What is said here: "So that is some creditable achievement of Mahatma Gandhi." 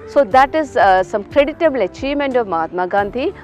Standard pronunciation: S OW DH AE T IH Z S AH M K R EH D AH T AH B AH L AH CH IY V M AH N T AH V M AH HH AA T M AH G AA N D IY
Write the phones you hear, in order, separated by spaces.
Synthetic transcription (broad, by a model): S OW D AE T IH Z S AH M K R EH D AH T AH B L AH CH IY M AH N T AH V M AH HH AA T M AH G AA N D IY